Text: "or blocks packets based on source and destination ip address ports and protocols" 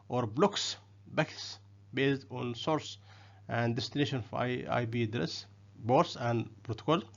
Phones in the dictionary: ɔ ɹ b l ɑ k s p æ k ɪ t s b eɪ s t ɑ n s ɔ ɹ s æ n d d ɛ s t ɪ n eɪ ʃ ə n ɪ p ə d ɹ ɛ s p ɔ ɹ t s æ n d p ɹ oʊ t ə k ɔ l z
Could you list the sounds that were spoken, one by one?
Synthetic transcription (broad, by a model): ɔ ɹ b l ɑ k s b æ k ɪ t s b eɪ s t ɑ n s ɔ ɹ s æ n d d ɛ s t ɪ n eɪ ʃ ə n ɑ b ə d ɹ ɛ s b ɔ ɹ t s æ n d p ɹ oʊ t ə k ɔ l